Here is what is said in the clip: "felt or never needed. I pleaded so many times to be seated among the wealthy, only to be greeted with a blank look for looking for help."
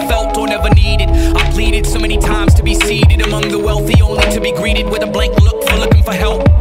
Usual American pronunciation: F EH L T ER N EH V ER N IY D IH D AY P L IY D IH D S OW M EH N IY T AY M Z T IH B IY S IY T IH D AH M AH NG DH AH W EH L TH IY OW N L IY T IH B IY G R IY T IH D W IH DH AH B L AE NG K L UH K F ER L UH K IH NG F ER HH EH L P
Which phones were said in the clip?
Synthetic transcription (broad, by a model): F EH L T ER N EH V ER N IY D IH D AY P L IY D IH D S OW M EH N IY T AY M Z T IH B IY S IY T IH D AH M AH NG DH AH W EH L TH IY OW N IY T IH B IY G R IY T IH D W IH DH AH B L AE NG K L UH K F ER L UH K IH NG F ER HH EH L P